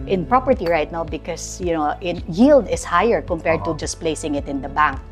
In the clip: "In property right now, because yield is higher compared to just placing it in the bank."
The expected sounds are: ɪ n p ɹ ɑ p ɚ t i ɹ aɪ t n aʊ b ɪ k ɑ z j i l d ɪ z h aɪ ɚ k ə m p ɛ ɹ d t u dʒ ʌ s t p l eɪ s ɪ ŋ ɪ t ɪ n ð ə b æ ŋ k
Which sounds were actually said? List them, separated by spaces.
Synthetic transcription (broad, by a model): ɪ n p ɹ ɑ p ɚ t i ɹ aɪ t n aʊ b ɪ k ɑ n j i l d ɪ s h aɪ ɚ k ə m p ɛ ɹ d t u dʒ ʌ s p l eɪ s ɪ ŋ ɪ t ɪ n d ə b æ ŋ k